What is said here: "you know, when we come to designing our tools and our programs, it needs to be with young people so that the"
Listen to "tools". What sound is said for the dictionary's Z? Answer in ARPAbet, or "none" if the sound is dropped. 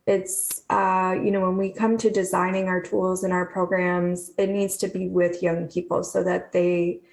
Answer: Z